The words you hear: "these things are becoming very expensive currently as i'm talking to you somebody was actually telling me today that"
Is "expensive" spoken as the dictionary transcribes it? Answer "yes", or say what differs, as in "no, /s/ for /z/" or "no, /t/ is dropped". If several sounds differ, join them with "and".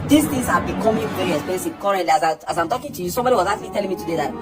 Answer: no, /k/ is dropped and /n/ is dropped